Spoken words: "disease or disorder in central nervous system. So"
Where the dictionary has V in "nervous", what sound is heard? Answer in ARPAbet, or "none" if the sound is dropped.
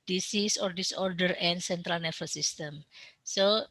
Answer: F